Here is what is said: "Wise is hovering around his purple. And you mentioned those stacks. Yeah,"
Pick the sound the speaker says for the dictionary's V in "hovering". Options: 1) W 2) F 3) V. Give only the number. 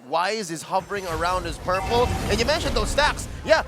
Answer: 3